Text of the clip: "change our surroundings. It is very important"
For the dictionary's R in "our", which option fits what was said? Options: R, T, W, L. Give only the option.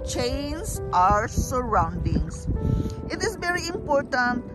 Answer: R